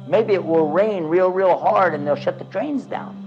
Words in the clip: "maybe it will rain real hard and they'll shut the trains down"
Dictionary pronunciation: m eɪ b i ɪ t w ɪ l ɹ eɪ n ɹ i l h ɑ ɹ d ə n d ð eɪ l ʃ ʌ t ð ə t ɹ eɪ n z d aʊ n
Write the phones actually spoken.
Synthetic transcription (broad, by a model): m eɪ b i ɪ t w ɪ l ɹ eɪ n ɹ i l h ɑ ɹ d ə n ð eɪ l ʃ ʌ t ð ə t ɹ eɪ n z d aʊ n